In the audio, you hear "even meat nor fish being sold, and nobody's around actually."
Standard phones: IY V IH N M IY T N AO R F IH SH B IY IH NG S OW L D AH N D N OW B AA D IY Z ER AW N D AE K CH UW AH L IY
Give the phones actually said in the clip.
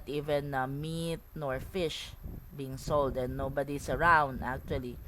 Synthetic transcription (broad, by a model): IY V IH N M IY T N AO R F IH SH B IY IH NG S OW L D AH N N OW B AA D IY S ER AW N D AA K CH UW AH L IY